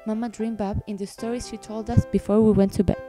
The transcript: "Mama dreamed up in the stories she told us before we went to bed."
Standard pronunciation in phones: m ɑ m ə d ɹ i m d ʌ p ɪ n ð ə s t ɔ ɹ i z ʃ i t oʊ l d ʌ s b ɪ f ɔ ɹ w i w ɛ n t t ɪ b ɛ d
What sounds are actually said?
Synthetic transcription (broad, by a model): m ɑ m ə d ɹ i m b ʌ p ɪ n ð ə s t ɔ ɹ i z ʃ i t oʊ l d ʌ s b ɪ f ɔ ɹ w i w ɛ n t t ɪ b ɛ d